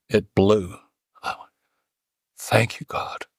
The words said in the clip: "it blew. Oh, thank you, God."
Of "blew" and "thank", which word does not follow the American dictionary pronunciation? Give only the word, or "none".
none